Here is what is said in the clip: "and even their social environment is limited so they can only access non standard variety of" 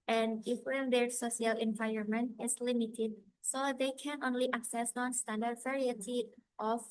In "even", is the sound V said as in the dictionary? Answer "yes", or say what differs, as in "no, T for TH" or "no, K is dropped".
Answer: no, F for V